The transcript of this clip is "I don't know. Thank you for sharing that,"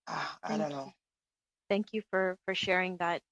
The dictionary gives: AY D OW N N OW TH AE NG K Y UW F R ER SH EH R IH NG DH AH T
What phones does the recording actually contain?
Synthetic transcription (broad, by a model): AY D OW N N OW TH AE NG K Y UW F R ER SH EH R IH NG DH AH T